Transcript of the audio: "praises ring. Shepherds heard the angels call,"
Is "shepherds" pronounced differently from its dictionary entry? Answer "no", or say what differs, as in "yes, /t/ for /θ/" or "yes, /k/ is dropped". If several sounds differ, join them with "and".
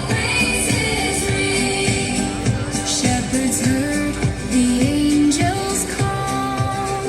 no